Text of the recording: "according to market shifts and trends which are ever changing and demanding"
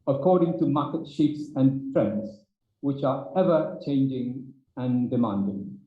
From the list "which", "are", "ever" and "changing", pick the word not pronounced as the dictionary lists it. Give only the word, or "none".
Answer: none